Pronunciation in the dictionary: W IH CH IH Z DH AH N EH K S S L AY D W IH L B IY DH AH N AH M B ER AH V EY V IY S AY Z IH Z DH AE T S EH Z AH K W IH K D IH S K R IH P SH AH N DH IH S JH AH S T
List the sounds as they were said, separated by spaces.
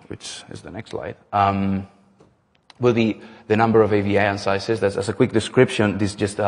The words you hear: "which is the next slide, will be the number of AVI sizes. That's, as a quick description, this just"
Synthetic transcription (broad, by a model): W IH CH IH Z DH AH N EH K S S L AY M W IH L B IY DH AH N AH M B ER AH V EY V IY S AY S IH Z DH AE T S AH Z AH K W IH K D IH S K R IH P SH AH N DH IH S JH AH S T